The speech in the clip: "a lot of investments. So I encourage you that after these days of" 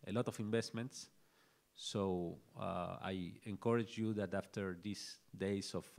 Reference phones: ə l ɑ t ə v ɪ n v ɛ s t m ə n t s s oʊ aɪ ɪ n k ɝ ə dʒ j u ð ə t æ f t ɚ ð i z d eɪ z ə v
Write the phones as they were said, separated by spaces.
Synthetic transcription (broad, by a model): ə l ɑ t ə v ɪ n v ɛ s t m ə n t s s oʊ aɪ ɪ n k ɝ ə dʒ j u ð ə t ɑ f t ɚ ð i s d eɪ s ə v